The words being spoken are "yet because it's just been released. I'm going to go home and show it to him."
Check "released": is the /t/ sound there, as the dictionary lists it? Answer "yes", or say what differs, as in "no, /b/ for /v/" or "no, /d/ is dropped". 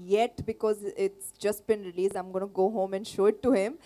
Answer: no, /t/ is dropped